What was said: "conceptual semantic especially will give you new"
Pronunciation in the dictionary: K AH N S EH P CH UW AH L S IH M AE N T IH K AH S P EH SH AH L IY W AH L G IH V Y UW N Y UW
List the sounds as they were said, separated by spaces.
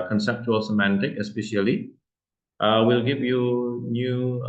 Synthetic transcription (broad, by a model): K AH N S EH P CH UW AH L S IH M AE N T IH K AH S P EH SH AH L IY W AH L G IH V Y UW N Y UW